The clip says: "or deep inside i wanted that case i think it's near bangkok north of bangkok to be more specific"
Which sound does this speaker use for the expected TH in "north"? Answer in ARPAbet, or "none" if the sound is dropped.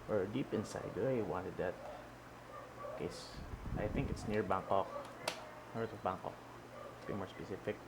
T